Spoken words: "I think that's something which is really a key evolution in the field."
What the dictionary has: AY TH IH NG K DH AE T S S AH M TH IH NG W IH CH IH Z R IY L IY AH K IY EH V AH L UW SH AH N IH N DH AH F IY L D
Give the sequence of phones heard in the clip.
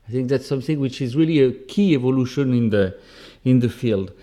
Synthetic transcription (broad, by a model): AY TH IH NG K DH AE T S S AH M TH IH NG W IH CH IH Z R IY L IY AH K IY EH V AH L UW SH AH N IH N DH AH F IY L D